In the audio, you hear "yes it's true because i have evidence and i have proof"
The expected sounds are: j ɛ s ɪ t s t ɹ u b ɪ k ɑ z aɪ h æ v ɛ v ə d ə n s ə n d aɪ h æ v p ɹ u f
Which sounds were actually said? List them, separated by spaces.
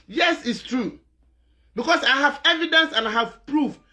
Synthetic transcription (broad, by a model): j ɛ s ɪ t s t ɹ u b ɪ k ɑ s aɪ h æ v ɛ v ə d ə n s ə n aɪ h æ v p ɹ u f